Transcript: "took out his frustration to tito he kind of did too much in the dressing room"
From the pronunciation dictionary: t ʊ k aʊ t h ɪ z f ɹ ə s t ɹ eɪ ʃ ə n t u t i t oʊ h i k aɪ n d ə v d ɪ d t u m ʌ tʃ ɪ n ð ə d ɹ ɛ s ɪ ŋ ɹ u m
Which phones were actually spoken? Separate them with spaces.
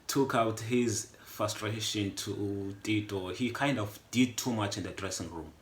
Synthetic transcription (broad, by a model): t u k aʊ t h ɪ z f ɹ ə s t ɹ eɪ ʃ ə n t u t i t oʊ h i k aɪ n d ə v d ɪ d t u m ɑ tʃ ɪ n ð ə d ɹ ɛ s ɪ ŋ ɹ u m